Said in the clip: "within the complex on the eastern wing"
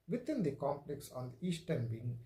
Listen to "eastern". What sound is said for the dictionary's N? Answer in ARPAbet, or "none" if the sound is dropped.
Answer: N